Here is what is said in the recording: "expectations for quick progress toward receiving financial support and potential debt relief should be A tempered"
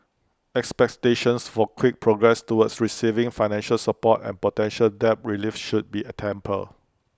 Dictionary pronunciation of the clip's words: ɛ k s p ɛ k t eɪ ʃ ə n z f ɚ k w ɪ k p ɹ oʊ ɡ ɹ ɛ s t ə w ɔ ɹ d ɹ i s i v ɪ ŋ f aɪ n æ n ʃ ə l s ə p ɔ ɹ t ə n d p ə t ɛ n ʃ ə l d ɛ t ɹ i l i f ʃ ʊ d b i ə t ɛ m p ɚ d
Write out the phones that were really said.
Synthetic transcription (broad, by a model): ɛ k s p ɛ k t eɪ ʃ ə n s f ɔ k w ɪ k p ɹ oʊ ɡ ɹ ɛ s t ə w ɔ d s ɹ i s i v ɪ ŋ f aɪ n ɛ n ʃ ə l s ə p ɔ t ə n p ə t ɛ n ʃ ə l d ɛ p ɹ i l i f ʃ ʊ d b i ə t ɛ m p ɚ